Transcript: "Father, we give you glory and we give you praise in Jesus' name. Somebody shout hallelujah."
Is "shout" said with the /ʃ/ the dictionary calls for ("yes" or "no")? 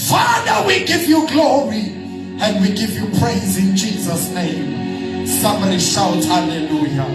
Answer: yes